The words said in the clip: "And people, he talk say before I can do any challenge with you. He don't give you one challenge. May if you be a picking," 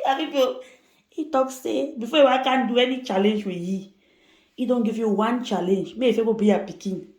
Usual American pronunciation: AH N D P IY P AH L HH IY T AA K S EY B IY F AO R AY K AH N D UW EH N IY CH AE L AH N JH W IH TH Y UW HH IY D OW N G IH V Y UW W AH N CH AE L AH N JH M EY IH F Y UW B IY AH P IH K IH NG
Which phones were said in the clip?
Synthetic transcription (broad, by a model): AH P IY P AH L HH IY T AA K S EY B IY F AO W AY K AH N D UW EH N IY CH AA L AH N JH W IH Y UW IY D OW N G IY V Y UW W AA N CH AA L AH N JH M EY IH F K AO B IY AH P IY K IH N